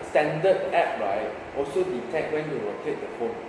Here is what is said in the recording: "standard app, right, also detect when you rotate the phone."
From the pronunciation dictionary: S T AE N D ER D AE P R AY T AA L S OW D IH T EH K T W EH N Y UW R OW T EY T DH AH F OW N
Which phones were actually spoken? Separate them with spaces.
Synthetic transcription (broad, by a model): S T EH N D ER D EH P R AY T AA L S OW D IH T EH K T W EH N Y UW W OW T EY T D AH F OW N